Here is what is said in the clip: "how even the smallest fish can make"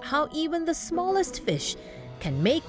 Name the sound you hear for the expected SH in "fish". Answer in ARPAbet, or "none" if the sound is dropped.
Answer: SH